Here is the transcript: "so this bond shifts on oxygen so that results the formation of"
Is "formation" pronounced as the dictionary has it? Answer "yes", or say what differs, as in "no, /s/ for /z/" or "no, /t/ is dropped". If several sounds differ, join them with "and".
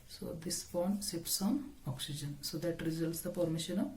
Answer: no, /p/ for /f/